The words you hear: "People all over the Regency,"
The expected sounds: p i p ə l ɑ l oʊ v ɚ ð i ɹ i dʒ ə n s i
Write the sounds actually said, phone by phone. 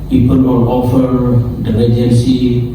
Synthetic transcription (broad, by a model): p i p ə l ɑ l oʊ f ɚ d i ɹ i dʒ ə n s i